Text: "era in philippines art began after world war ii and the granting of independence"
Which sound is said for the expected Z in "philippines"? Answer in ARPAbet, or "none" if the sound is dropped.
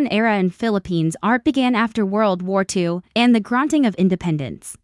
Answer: Z